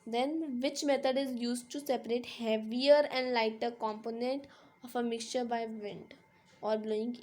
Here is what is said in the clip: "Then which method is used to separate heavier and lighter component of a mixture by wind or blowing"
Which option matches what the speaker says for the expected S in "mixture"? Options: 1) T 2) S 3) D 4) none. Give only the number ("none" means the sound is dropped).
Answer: 2